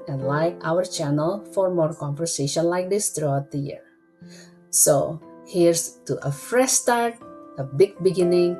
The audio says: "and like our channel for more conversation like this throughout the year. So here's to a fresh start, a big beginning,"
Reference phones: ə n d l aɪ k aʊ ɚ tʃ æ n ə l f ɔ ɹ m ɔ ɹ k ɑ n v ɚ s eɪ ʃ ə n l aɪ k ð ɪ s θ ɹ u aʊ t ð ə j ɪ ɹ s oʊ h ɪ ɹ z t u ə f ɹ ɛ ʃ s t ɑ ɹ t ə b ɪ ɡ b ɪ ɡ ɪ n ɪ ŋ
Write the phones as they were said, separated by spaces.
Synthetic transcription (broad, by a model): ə n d l aɪ k aʊ ɚ tʃ æ n ə l f ɔ ɹ m ɔ ɹ k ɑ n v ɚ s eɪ ʃ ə n l aɪ k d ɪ s t ɹ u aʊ t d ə j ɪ ɹ s oʊ h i ɹ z t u ə f ɹ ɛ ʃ s t ɑ ɹ t ə b ɪ ɡ b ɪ ɡ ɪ n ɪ ŋ